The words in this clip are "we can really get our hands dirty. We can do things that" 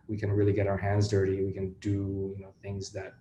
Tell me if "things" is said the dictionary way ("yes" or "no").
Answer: yes